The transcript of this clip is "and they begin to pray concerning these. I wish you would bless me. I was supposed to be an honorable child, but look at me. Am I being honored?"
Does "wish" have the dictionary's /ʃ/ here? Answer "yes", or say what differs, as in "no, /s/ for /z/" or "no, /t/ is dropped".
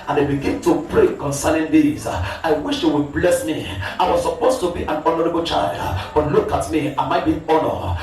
yes